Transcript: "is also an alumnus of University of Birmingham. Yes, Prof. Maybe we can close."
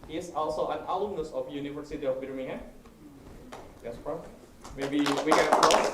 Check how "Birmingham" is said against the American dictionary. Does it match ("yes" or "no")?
no